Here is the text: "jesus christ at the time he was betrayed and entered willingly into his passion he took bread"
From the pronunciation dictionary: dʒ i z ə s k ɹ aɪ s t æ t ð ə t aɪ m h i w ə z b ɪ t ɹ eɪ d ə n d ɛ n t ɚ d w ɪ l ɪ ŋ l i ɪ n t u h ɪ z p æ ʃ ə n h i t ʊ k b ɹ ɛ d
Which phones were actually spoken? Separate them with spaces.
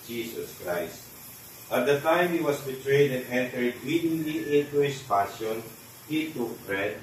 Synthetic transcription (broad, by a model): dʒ i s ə s k ɹ aɪ s t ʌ t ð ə t aɪ m h i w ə s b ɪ t ɹ eɪ d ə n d ɛ n t ɚ d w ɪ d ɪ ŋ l i ɪ n t u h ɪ s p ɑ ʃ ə n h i t ʊ k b ɹ ɛ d